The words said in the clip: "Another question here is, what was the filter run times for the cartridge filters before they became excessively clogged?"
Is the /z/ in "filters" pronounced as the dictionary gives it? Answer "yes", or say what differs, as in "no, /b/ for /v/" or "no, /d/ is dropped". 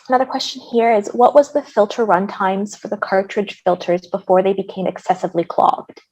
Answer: yes